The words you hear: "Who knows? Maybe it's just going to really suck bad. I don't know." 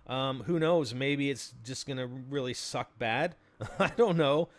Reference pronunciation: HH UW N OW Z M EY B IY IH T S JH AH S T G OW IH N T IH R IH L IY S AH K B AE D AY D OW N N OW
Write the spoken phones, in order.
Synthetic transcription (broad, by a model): HH UW N OW Z M EY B IY IH T S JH AH S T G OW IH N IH R IH L IY S AH K B AE D AY D OW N N OW